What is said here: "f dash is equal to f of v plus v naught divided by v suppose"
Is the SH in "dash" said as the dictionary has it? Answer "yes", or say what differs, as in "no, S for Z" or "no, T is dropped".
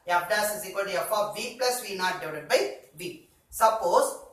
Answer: no, S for SH